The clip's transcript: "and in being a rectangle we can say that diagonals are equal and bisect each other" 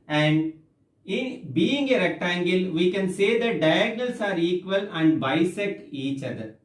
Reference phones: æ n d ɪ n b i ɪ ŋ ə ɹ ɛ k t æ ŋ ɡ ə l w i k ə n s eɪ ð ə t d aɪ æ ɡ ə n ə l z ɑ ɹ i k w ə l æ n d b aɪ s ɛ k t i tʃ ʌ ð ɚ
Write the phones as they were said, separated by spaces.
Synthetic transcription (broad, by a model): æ n d ɪ n b i ɪ ŋ ə ɹ ɛ k t æ ŋ ɡ ə l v i k ə n s eɪ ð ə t d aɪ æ ɡ n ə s ɑ ɹ i k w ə l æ n d b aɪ s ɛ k i tʃ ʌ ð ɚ